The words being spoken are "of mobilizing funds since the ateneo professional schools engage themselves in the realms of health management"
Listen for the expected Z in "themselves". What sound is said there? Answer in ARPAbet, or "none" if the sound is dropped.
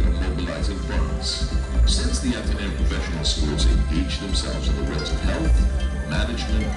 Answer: Z